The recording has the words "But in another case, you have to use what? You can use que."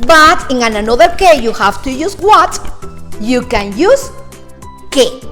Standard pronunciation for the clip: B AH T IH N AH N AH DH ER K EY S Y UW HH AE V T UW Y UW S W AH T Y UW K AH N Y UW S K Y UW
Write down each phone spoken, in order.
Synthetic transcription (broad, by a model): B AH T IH N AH N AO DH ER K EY Y UW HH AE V T UW Y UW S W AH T Y UW K AH N Y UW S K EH